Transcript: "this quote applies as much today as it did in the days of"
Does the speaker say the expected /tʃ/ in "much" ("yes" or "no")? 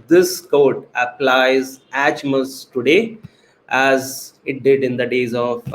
no